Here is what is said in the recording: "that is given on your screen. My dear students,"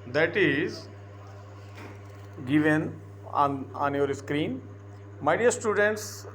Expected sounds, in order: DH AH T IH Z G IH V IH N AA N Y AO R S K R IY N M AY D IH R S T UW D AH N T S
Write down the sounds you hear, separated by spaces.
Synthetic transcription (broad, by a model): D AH T IH Z G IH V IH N AA N Y AO R S K R IY N M AY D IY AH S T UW D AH N T S